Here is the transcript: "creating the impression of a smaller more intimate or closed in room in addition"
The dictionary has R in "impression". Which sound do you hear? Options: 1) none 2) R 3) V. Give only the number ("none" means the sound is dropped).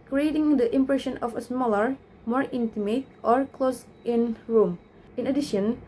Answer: 2